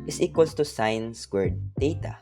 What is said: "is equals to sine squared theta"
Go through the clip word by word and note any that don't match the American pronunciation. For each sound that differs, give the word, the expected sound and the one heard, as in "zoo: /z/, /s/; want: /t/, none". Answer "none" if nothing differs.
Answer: equals: /z/, /s/; squared: /k/, none